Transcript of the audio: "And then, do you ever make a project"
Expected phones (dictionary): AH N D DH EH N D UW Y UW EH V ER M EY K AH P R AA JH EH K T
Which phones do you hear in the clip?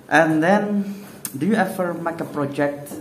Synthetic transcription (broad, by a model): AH N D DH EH N D UW Y UW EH F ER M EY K AH P R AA JH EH K T